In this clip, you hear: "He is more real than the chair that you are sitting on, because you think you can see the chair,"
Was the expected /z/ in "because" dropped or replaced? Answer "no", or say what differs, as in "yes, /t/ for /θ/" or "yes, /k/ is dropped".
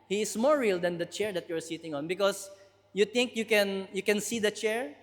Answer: yes, /s/ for /z/